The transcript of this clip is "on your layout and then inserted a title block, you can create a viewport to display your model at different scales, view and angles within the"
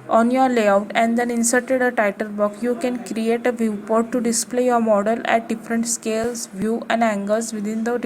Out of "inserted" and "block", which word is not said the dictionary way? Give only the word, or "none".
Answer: block